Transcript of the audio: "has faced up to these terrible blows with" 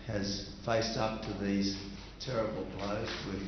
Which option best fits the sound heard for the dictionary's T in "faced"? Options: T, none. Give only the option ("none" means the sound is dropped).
T